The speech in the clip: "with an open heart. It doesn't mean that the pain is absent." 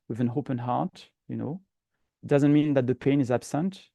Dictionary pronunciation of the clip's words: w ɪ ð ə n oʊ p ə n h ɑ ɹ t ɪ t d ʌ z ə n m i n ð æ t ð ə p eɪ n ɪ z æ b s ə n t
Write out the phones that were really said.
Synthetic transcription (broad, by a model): w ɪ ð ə n oʊ p ə n h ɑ ɹ t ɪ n d ʌ z ə n m i n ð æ t ð ə p eɪ n ɪ z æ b s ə n t